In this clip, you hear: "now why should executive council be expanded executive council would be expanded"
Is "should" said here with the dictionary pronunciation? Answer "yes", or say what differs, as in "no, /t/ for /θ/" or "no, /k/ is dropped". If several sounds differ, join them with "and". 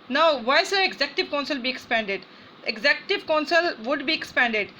no, /s/ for /ʃ/